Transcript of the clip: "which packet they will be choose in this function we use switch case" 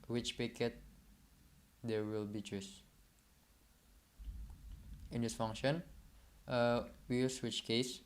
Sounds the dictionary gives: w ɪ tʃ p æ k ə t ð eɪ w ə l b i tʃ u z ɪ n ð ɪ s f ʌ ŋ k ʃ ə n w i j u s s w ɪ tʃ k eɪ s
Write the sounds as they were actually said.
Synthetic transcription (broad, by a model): w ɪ tʃ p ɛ k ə t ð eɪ w ə l b i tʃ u s ɪ n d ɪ s f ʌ ŋ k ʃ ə n w i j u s s w ɪ tʃ k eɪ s